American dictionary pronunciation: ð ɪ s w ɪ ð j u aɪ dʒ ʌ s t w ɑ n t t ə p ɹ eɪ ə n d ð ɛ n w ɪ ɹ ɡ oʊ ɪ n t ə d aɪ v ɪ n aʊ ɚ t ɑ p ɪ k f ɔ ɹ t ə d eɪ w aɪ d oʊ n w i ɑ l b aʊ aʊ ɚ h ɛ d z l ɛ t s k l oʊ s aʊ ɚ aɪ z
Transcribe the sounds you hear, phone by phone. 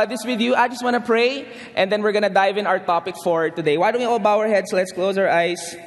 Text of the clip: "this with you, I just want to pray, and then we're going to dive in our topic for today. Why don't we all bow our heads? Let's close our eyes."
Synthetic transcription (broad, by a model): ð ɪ s w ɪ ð j u aɪ dʒ ʌ s t w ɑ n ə p ɹ eɪ ə n d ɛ n w ɪ ɹ ɡ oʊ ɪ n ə d aɪ v ɪ n aʊ ɚ t ɑ p ɪ k f ɔ ɹ t ə d eɪ w aɪ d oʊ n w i ɑ l b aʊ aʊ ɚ h ɛ d s l ɛ t s k l oʊ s aʊ ɚ aɪ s